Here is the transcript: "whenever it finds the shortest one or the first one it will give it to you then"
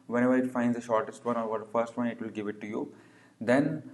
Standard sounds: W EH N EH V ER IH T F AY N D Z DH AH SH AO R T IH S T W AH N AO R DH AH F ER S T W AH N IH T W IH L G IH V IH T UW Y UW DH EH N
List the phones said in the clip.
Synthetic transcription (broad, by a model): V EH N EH V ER IH T F AY N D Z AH SH AO R T IH S T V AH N AO R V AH F ER S T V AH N IH T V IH L G IH V IH T UW Y UW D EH N